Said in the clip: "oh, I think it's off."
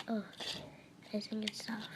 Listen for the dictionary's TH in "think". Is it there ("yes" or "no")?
no